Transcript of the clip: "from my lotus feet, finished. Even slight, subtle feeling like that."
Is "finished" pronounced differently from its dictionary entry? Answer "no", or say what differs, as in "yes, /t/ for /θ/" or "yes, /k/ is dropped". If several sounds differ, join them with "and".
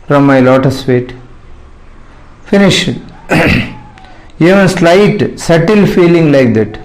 yes, /t/ is dropped